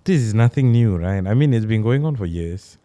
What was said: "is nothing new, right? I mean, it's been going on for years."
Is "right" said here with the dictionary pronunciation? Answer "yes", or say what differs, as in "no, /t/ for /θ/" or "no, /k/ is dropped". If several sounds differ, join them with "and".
yes